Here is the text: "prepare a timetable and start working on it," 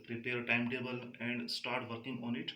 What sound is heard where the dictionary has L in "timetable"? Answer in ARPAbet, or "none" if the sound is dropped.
L